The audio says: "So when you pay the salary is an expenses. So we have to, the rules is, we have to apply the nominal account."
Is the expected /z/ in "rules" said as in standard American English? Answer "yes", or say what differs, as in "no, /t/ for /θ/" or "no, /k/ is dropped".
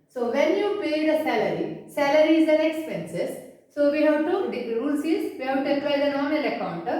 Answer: no, /s/ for /z/